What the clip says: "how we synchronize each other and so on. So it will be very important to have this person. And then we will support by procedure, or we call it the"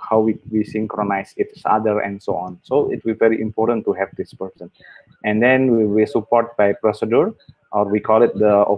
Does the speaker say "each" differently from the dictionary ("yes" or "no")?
yes